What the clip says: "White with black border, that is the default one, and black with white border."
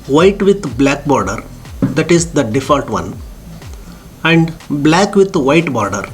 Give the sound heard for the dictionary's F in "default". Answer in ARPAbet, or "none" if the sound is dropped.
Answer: F